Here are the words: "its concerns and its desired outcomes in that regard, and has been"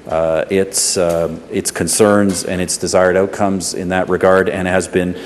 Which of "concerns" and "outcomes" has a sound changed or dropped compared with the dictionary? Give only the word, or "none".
none